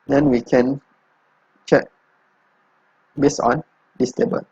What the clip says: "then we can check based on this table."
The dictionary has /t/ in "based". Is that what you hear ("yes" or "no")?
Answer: no